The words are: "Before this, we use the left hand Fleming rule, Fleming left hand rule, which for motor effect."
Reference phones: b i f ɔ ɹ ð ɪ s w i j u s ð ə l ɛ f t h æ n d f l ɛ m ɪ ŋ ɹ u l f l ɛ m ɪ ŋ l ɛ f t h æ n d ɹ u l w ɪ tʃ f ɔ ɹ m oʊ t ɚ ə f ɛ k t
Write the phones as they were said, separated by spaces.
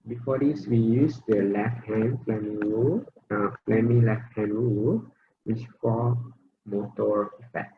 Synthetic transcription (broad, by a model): b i f ɔ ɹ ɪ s w i j u s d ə l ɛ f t h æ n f l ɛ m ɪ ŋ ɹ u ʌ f l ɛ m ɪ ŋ l ɛ f t h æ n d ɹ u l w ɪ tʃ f ɔ l m oʊ t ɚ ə f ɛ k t